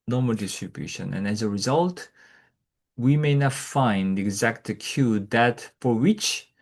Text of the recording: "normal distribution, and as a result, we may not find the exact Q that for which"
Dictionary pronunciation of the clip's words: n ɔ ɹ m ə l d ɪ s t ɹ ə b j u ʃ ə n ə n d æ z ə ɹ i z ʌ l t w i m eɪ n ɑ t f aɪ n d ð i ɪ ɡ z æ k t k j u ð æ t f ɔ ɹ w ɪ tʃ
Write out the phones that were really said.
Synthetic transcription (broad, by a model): n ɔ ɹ m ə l d ɪ s t ɹ ə b j u ʃ ə n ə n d æ z ə ɹ i z ʌ l t w i m eɪ n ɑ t f aɪ n d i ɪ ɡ z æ k t k j u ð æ t f ɔ ɹ w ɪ tʃ